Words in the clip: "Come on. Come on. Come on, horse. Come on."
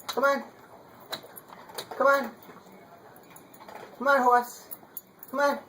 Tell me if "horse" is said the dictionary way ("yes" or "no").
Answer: no